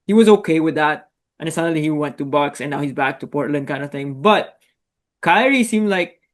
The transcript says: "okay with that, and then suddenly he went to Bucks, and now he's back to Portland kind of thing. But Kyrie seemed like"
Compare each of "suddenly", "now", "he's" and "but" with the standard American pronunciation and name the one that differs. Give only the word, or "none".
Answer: suddenly